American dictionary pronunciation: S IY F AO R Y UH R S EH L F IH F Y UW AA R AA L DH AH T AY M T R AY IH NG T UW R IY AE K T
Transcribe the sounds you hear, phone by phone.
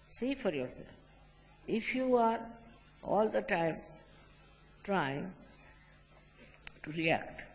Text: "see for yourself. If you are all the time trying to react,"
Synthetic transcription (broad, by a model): S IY F AO R Y UH R S EH L F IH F Y UW AA R AA L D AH T AY M T R AY IH NG T UW R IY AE K T